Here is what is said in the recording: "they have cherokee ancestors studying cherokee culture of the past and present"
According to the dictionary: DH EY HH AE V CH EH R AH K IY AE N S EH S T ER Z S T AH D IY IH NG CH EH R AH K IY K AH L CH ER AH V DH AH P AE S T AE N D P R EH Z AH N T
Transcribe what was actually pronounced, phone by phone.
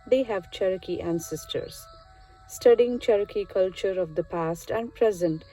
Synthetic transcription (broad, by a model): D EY HH AE V CH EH R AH K IY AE N S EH S T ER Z S T AH D IY IH NG CH EH R AH K IY K AH L CH ER AH V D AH P AE S T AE N D P R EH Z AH N T